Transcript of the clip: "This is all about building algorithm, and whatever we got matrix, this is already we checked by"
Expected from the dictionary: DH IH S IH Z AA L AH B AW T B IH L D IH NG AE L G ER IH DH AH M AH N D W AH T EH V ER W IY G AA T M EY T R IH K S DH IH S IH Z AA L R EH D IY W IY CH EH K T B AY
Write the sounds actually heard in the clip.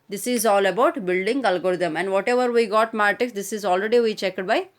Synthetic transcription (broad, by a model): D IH S IH Z AA L AH B AW T B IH L D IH NG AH L G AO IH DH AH M AH N D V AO T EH V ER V IY G AA T M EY T IH K S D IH S IH Z AA L R EH D IY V IY CH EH K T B AY